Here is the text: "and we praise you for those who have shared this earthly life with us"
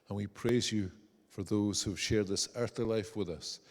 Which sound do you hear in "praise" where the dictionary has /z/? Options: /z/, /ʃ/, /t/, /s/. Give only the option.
/z/